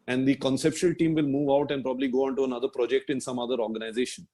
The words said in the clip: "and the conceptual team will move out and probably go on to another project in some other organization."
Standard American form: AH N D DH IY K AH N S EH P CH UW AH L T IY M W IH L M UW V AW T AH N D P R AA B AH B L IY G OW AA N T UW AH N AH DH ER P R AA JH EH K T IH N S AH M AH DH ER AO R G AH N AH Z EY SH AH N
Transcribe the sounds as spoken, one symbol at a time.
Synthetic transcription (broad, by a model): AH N D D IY K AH N S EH P SH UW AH L T IY M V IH L M UW V AW T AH N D P R AA B AH B L IY G OW AA N T UW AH N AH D ER P R AA JH EH K T IH N S AH M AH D ER AO R G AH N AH Z EY SH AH N